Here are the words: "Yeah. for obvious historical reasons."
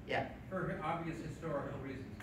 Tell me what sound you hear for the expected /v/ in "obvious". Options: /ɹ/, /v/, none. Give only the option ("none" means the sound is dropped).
/v/